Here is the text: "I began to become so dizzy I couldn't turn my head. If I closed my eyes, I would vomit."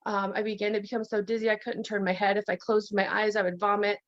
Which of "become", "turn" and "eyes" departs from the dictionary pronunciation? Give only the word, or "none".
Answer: none